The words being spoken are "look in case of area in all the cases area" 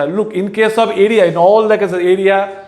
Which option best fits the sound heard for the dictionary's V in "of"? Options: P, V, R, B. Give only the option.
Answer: B